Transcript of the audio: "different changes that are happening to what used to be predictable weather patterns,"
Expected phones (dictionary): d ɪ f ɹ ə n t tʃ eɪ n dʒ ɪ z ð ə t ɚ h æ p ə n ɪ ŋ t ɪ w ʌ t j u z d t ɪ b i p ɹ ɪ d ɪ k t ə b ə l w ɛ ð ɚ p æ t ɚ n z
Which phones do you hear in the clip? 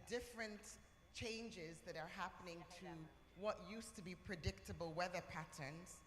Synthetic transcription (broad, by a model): d ɪ f ɹ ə n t tʃ eɪ n dʒ ɪ z ð ə t ɚ h æ p ə n ɪ ŋ t ɪ w ʌ t j u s t ɪ b i p ɹ ɪ d ɪ k t ə b ə l w ɛ ð ɚ p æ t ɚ n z